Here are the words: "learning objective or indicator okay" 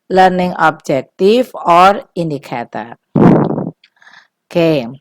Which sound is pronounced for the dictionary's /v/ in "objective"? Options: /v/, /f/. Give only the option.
/f/